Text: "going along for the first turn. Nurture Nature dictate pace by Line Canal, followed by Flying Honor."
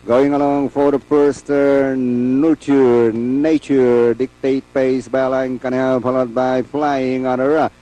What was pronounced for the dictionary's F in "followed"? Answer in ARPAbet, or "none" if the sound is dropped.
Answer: P